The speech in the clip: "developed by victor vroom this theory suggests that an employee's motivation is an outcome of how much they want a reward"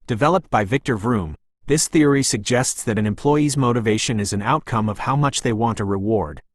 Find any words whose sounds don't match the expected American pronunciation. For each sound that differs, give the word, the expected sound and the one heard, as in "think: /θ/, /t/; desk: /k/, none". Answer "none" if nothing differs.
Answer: none